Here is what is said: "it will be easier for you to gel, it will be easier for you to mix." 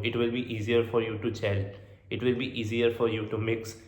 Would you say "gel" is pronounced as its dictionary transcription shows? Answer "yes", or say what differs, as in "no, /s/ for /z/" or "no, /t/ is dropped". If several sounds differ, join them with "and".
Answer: no, /tʃ/ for /dʒ/